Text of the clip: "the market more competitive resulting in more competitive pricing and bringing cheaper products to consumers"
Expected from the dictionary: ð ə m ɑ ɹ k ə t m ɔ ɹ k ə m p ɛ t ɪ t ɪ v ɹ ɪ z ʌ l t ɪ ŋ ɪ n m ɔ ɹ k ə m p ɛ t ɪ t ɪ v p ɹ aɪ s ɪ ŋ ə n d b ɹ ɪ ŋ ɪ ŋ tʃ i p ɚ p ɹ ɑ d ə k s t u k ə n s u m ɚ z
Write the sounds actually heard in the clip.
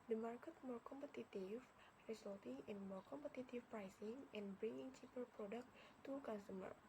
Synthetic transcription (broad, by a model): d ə m ɑ ɹ k ə t m ɔ ɹ k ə m p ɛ t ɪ t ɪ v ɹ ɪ s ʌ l t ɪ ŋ ɪ n m ɔ ɹ k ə m p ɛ t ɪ t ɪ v p ɹ aɪ s ɪ ŋ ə n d b ɹ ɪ ŋ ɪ ŋ tʃ i p ɚ p ɹ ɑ d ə k t u k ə n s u m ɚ